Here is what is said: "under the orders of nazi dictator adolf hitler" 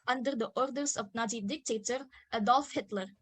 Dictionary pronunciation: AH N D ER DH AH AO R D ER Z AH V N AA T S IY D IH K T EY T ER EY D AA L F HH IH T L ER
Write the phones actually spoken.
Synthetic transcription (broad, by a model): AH N D ER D AH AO R D ER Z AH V N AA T IY D IH K T EY T ER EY D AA L F HH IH T L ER